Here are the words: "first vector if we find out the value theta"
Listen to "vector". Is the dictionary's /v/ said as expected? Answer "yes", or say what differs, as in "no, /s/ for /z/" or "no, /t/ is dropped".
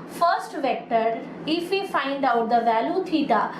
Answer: yes